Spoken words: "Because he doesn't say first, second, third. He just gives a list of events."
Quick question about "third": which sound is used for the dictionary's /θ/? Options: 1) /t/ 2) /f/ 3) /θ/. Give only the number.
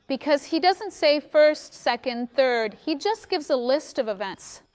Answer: 3